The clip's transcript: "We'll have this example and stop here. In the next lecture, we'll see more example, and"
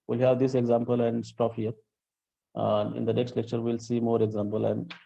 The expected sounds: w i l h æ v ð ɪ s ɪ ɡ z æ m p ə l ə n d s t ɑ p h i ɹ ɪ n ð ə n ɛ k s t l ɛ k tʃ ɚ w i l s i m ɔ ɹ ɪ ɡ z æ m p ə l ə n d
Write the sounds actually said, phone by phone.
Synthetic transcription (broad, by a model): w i l h æ v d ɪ s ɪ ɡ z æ m p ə l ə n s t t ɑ f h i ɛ ɪ n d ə n ɛ k s t l ɛ k tʃ ɚ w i l s i m ɔ ɹ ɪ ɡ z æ m p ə l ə n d